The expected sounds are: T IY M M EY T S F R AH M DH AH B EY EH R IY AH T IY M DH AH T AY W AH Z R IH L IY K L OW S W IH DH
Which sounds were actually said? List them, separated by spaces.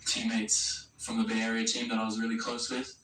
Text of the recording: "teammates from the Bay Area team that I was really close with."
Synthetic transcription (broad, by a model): T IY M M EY T S F R AH M DH AH B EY EH R IY AH T IY M DH AH T AY W AH Z R IH L IY K L OW S W IH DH